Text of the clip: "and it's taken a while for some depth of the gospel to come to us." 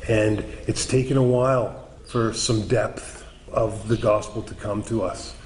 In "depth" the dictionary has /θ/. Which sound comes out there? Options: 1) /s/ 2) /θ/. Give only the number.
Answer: 2